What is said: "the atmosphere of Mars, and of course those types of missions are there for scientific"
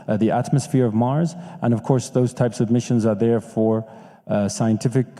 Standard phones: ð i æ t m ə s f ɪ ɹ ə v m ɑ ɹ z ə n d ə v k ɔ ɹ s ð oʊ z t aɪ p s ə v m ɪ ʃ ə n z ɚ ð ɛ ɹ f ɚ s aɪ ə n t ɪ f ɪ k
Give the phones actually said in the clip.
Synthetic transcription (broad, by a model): ð i æ t m ə s f ɪ ɹ ə v m ɑ ɹ z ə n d ə v k ɔ ɹ s ð oʊ z t aɪ p s ə v m ɪ ʃ ə n z ɚ ð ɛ ɹ f ɚ s aɪ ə n t ɪ f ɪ k